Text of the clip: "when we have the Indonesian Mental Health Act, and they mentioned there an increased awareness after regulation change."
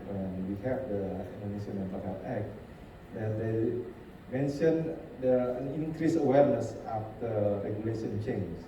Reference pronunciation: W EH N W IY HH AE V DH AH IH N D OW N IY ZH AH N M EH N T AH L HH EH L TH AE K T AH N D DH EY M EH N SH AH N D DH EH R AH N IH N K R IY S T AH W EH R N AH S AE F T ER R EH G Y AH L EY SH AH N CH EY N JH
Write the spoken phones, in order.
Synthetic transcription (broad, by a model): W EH N W IY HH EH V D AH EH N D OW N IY S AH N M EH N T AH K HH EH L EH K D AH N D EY M EH N SH AH N D AH N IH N K R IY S AH W EH R N AH S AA F T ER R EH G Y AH L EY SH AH N CH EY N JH